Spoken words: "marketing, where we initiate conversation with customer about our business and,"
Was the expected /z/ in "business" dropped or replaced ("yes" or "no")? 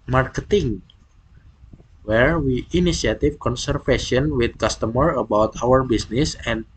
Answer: yes